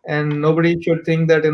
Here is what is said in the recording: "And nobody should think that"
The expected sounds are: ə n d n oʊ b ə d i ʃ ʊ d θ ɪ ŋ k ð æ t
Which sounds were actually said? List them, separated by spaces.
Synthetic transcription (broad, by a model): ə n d n oʊ b ə d i ʃ ʊ d t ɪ ŋ k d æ t